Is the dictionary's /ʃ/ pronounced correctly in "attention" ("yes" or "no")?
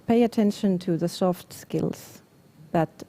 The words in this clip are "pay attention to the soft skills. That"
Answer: yes